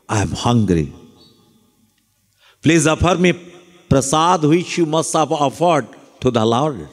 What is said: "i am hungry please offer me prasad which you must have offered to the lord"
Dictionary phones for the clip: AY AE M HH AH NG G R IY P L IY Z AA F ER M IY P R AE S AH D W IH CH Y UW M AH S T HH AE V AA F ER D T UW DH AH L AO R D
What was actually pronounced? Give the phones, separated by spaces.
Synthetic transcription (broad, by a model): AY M HH AH NG G R IY P L IY Z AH P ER M IY P R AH S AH D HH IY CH Y UW M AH S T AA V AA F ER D T UW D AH L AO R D